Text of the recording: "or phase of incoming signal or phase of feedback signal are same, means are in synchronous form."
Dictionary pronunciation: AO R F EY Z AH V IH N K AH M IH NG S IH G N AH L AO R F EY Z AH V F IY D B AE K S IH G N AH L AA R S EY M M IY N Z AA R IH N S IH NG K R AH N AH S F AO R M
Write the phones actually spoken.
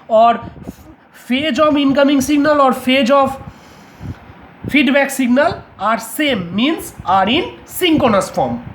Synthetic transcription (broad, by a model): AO R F EY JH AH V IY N K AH M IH NG S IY G N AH L AO R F EY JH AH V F IY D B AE K S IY G N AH L AA R S EY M M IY N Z AA R IH N S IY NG K AH N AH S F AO R M